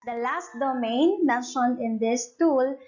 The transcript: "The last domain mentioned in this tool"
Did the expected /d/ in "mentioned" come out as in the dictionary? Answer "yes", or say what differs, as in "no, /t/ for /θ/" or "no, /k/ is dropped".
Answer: no, /d/ is dropped